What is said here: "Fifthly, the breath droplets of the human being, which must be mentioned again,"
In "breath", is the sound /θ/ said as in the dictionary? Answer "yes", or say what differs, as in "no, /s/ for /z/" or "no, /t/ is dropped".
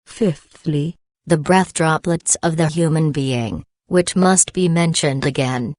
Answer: yes